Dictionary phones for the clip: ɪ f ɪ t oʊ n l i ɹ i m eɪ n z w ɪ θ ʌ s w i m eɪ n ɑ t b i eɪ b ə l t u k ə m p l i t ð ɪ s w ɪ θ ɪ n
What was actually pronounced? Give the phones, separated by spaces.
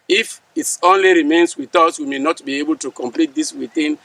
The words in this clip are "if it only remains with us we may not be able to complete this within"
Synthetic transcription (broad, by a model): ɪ f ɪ t oʊ n l i ɹ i m eɪ n s w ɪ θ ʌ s w i m eɪ n ɑ t b i eɪ b ə l t u k ə m p l i t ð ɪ s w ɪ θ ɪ n